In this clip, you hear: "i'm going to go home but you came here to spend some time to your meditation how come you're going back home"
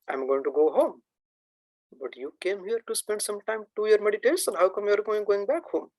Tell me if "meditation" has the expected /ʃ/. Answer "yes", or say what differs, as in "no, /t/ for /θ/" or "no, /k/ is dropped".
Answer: no, /s/ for /ʃ/